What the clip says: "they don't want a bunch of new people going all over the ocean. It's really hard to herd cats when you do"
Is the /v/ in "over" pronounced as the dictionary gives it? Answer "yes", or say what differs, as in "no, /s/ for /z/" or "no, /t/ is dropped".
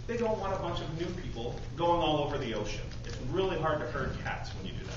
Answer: yes